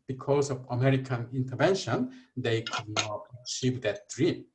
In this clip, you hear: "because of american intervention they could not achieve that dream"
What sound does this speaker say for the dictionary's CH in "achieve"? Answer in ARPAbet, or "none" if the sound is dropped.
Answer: S